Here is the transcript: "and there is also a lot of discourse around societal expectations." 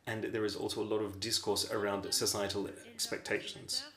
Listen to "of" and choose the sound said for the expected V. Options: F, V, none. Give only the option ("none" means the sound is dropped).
V